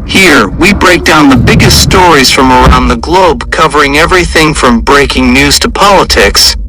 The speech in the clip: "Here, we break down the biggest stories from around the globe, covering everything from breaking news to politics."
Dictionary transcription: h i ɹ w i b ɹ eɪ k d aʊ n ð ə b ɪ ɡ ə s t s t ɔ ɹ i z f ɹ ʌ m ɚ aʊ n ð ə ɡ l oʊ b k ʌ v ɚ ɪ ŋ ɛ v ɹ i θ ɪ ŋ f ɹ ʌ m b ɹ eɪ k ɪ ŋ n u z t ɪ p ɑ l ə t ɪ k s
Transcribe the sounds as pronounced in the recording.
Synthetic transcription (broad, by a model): h i ɹ w i b ɹ eɪ k d aʊ n ð ə b ɪ ɡ ə s t s t ɔ ɹ i z f ɹ ʌ m ɚ aʊ n ð ə ɡ l oʊ b k ʌ v ɚ ɪ ŋ ɛ v ɹ i θ ɪ ŋ f ɹ ʌ m b ɹ eɪ k ɪ ŋ n u z t ɪ p ɑ l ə t ɪ k s